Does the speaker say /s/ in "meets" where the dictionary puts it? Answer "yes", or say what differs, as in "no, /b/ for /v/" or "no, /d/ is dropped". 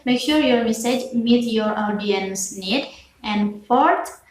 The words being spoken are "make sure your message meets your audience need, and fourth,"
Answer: no, /s/ is dropped